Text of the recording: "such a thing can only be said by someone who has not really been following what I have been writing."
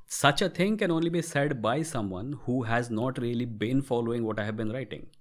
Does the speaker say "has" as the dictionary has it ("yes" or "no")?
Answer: yes